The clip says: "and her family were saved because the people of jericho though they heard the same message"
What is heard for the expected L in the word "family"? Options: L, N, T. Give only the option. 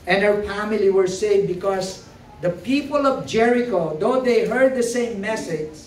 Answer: L